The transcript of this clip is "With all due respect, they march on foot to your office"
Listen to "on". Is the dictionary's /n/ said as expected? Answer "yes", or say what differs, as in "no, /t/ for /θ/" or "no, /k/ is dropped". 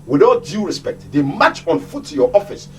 yes